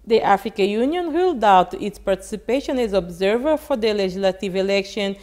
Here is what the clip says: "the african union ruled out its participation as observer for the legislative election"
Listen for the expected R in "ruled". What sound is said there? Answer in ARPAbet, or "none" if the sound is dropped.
W